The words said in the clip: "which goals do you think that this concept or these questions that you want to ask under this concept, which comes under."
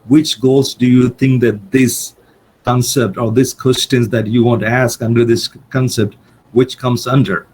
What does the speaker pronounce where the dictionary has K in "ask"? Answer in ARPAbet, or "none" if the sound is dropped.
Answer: K